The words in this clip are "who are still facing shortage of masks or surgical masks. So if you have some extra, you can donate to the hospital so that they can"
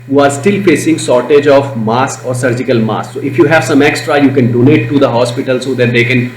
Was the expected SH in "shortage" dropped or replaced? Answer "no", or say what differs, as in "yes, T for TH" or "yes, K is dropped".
yes, S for SH